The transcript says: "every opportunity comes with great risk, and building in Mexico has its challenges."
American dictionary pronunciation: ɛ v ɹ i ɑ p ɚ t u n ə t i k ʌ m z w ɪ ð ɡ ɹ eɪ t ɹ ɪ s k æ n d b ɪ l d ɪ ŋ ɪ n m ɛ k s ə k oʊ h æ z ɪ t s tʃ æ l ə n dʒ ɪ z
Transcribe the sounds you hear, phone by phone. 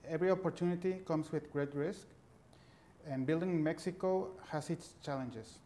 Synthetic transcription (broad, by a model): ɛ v ɹ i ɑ p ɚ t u n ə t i k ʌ m s w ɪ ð ɡ ɹ eɪ t ɹ ɪ s k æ n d b ɪ l d ɪ ŋ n m ɛ k s ə k oʊ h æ s ɪ t s tʃ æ l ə n dʒ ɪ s